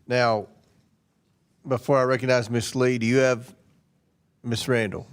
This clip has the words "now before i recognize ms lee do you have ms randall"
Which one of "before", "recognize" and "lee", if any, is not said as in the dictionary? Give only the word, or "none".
none